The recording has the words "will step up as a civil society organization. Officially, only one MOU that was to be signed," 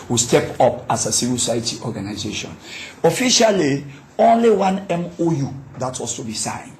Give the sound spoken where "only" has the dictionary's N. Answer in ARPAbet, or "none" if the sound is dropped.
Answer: N